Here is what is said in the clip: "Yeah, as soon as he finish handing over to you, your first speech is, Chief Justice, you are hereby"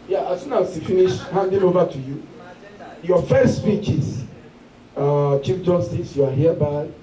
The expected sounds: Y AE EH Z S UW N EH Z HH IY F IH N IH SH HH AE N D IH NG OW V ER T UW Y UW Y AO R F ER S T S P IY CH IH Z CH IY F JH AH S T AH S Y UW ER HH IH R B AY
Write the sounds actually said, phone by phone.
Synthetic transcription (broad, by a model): Y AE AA S UW N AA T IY F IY N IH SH HH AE N D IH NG OW V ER T UW Y UW Y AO F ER S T S P IY CH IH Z CH IY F JH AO S T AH S Y UW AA HH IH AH B AY